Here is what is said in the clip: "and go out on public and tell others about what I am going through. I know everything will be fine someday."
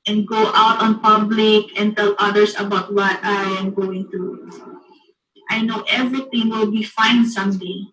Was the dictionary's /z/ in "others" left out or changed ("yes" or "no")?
yes